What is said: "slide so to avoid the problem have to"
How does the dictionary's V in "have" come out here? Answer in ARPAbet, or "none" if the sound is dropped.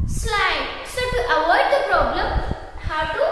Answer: W